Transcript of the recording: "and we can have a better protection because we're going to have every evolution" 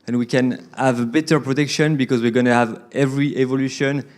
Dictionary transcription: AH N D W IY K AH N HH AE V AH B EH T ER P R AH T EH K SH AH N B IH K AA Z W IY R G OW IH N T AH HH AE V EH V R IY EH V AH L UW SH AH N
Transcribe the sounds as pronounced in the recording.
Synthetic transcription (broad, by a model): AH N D W IY K AH N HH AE V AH B EH T ER P R AH T EH K SH AH N B IH K AA Z W IY R G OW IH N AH HH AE V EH V R IY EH V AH L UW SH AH N